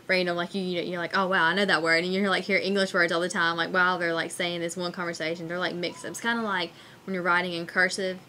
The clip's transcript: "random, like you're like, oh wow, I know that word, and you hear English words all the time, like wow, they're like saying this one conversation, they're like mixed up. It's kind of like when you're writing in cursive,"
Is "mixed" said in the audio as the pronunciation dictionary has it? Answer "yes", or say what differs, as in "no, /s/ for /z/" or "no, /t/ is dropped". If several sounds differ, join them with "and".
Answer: yes